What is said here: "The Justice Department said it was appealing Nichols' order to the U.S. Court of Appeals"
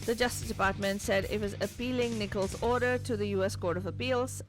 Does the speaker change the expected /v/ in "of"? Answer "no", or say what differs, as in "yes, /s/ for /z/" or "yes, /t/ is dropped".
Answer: no